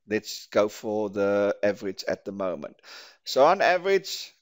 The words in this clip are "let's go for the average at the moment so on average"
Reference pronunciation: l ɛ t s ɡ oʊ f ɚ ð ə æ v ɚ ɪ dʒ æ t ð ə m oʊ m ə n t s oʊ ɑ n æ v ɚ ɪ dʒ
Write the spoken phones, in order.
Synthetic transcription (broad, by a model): l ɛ t s ɡ oʊ f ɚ ð ə æ v ɚ ɪ dʒ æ t ð ə m oʊ m ə n t s oʊ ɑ n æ v ɚ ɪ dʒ